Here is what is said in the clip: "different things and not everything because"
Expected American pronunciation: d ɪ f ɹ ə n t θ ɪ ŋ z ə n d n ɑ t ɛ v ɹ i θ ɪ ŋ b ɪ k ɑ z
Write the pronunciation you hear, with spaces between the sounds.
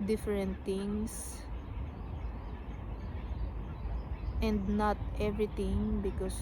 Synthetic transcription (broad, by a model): d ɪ f ɹ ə n t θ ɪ ŋ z ə n d n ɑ t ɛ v ɹ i t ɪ ŋ b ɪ k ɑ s